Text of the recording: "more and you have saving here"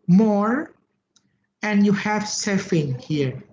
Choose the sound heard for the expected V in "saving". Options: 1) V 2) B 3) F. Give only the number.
3